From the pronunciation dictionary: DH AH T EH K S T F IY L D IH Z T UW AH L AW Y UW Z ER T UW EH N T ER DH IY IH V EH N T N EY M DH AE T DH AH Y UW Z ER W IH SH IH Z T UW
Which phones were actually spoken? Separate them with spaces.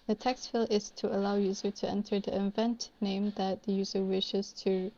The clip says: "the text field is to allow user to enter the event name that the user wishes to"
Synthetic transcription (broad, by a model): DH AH T EH K S T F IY L IH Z T UW AH L AW Y UW Z ER T UW EH N T ER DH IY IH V EH N T N EY M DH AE T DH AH Y UW Z ER W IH SH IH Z T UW